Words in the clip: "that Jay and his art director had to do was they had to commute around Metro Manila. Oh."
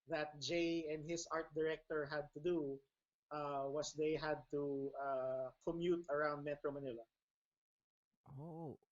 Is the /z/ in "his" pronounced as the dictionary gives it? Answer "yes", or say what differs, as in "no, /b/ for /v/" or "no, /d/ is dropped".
no, /s/ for /z/